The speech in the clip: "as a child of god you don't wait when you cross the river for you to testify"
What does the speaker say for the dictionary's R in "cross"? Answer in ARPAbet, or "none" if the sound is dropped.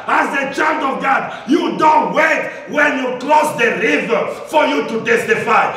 L